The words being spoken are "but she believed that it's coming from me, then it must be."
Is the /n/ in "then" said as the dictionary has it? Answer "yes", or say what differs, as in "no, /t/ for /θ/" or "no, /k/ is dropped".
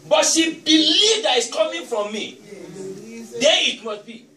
no, /n/ is dropped